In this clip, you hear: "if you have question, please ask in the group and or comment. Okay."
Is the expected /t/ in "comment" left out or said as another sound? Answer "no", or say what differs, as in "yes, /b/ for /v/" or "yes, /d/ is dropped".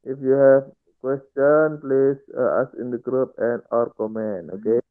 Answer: yes, /t/ is dropped